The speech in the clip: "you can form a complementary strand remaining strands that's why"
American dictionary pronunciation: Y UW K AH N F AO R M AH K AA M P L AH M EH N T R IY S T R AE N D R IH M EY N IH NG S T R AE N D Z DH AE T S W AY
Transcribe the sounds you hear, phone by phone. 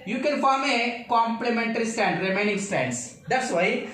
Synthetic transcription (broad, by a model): Y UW K AH N F AO R M AH K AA M P L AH M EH N T R IY S T AE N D R IH M EY N IH NG S T AE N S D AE T S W AY